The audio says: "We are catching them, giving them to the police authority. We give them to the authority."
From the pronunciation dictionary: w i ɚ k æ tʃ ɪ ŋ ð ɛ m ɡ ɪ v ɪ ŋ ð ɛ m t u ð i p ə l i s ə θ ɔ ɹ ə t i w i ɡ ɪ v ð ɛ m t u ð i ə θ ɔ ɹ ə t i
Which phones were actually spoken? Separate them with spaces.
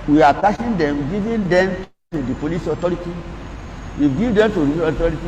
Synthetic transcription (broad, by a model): w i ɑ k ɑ ʃ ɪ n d ɛ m ɡ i v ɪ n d ɛ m t u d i p ə l i s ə t ɔ ɹ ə t i w i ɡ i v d ɛ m t u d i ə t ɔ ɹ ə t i